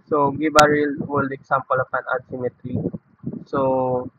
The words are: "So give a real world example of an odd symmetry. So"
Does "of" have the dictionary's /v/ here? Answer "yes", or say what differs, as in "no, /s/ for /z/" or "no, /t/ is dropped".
no, /p/ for /v/